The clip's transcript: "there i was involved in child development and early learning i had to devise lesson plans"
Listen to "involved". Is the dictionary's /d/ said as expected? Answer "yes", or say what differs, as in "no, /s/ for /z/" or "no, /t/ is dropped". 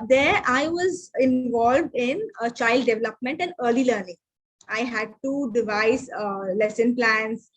yes